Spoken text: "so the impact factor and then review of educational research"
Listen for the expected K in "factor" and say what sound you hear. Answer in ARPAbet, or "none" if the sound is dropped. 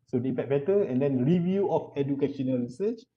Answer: none